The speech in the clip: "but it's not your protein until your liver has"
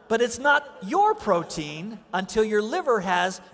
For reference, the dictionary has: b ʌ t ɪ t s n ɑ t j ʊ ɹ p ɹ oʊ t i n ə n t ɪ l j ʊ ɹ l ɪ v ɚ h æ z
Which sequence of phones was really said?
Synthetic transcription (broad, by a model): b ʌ t ɪ t s n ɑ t j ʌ ɹ p ɹ oʊ t i n ə n t ɪ l j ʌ ɹ l ɪ v ɚ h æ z